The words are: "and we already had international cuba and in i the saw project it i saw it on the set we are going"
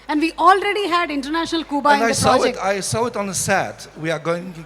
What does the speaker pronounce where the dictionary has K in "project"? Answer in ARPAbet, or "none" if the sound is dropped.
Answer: none